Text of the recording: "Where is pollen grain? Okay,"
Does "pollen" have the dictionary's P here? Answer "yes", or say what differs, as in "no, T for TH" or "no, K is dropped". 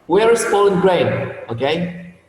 no, F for P